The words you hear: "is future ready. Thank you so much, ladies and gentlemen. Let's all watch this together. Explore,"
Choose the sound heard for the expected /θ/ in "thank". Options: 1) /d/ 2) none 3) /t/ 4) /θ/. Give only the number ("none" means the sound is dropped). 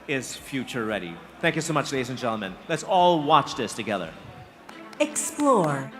4